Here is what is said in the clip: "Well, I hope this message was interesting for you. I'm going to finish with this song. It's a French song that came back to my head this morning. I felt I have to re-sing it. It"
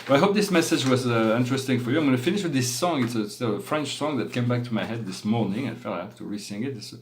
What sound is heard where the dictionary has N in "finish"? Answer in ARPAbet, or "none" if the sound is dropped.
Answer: N